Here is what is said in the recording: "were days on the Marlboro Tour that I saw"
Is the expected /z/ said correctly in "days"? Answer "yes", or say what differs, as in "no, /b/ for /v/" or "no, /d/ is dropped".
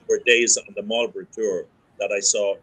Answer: yes